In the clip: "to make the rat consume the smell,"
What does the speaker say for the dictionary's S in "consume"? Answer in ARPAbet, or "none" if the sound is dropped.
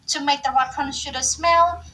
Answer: SH